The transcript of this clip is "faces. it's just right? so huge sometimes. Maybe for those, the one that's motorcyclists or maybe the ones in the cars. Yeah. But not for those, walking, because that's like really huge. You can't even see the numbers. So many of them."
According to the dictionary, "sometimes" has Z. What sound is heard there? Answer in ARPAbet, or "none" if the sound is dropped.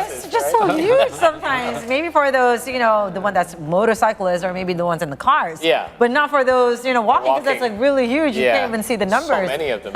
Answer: Z